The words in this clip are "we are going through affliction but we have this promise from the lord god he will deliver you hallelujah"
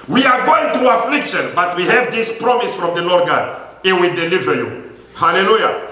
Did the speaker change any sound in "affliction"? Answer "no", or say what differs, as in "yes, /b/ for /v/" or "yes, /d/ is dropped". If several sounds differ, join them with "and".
no